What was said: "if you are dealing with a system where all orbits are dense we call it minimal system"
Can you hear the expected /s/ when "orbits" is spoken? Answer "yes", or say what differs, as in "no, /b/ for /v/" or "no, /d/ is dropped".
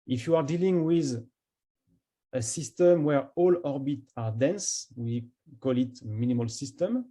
no, /s/ is dropped